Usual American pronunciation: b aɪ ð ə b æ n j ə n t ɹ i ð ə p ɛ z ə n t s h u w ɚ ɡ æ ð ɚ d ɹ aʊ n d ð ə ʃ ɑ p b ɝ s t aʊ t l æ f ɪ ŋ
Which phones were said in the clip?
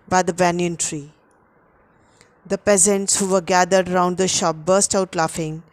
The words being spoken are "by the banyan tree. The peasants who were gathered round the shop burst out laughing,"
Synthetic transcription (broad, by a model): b aɪ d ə b æ n j ə n t ɹ i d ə p ɛ z ə n t s h u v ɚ ɡ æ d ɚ d ɹ aʊ n d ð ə ʃ ɑ p b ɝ s t aʊ t l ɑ f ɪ ŋ